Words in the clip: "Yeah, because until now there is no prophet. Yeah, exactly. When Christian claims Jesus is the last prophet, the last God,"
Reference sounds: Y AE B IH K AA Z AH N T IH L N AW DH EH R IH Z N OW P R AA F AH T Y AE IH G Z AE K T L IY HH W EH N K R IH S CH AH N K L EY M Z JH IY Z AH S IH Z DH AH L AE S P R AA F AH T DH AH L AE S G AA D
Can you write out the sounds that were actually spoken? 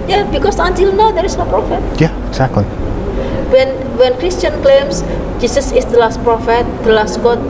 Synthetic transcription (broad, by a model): Y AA B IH K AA S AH N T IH L N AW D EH R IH S N OW P R AA F AH T Y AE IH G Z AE K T L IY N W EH N K R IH S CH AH N K L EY M S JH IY S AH S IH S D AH L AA S P R AA F AH T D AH L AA S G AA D